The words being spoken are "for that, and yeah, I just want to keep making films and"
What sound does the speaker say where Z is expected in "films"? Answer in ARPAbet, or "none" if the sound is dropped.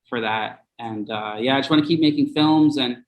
Z